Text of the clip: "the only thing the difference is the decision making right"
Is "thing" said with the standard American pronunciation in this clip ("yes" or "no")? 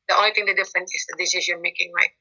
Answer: no